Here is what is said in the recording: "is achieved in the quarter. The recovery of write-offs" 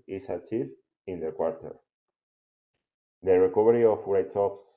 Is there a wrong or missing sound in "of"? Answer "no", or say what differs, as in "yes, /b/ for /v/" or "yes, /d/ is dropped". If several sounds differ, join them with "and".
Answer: yes, /w/ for /v/